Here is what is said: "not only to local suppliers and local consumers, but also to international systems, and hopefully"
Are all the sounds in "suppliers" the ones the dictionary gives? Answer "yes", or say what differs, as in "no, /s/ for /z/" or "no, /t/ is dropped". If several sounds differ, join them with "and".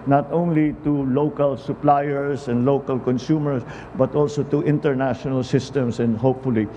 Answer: no, /s/ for /z/